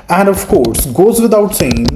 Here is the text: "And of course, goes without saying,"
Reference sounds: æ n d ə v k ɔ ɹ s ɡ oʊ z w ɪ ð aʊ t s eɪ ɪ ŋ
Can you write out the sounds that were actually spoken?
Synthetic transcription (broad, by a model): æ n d ə v k ɔ ɹ s ɡ oʊ z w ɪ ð aʊ t s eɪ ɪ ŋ